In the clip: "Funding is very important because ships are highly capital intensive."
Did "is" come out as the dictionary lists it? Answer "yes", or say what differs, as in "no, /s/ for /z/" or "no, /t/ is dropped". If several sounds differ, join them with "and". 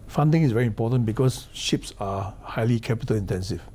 no, /s/ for /z/